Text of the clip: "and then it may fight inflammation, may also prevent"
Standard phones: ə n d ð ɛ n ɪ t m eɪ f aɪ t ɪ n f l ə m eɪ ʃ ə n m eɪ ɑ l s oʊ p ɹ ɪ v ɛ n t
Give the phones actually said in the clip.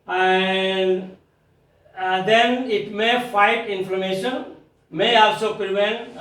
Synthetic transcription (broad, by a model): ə n d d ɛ n ɪ t m eɪ f aɪ t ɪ n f ə m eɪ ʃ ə n m eɪ ɑ l s oʊ p ɹ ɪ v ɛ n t